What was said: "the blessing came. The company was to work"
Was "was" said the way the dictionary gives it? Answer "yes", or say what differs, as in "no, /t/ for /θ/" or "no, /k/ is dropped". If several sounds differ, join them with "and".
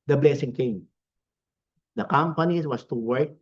no, /s/ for /z/